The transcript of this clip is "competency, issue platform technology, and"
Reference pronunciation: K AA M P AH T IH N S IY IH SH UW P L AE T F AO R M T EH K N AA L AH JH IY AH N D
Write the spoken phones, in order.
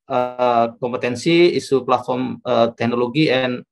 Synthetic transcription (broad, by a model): K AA M P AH T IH N S IY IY S UW P L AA T F AO R M T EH K N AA L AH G IY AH N